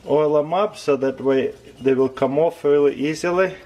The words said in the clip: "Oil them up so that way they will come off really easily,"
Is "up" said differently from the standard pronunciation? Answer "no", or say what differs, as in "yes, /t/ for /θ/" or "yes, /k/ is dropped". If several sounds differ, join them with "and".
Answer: yes, /b/ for /p/